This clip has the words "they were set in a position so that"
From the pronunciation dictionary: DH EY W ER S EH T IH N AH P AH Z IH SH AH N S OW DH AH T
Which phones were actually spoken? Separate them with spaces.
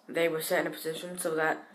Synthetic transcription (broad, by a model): DH EY W ER S EH T IH N AH P AH Z IH SH AH N S OW DH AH T